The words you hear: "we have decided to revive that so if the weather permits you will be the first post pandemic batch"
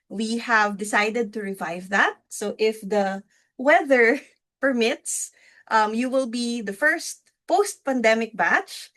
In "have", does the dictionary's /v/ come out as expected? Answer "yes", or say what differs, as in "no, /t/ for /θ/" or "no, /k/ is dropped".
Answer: yes